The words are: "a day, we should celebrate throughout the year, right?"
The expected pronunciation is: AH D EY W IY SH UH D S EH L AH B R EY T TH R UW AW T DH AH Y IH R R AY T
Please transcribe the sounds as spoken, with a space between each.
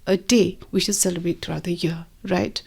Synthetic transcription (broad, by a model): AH D EY W IY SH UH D S EH L AH B R EY T T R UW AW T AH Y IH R R AY T